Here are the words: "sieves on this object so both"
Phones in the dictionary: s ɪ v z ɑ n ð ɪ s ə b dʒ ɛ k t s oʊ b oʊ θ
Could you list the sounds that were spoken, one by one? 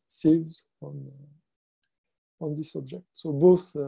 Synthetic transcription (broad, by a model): s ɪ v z ɑ n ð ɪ s ə b dʒ ɛ k t s oʊ b oʊ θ